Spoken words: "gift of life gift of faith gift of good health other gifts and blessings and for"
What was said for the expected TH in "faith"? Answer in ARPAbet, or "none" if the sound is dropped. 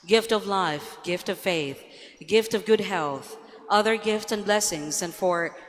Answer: TH